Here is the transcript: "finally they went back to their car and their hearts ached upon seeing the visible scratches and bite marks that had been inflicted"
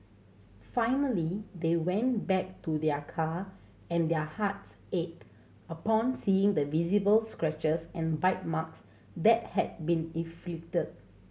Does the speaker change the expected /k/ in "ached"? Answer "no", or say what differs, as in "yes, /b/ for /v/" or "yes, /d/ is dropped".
yes, /k/ is dropped